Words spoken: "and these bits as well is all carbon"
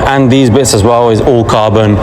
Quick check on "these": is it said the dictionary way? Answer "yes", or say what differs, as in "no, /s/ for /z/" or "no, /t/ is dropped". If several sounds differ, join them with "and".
yes